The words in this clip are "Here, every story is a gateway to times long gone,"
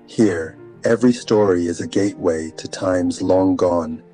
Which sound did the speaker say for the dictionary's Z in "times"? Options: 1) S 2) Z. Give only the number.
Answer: 2